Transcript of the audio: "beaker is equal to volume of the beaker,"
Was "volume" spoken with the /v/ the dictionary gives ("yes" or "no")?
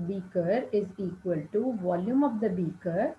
yes